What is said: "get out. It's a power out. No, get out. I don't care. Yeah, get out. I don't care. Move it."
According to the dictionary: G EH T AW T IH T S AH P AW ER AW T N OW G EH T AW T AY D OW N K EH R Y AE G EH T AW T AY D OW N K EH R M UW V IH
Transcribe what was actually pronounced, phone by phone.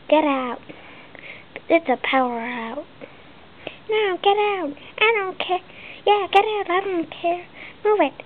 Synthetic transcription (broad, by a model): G EH T AW T IH T S AH P AW ER AW T N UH G EH T AW T AY D OW N K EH Y AE G EH T AW T AY D OW N K EH R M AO W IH